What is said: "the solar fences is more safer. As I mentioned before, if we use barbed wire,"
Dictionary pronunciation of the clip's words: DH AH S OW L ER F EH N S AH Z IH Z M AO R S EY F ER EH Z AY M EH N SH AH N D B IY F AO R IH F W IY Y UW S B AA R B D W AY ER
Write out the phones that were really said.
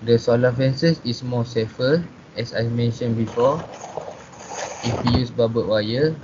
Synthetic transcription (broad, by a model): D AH S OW L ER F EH N S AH S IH S M AO S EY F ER EH S AY M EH N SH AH N B IY F AO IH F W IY Y UW S B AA B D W AY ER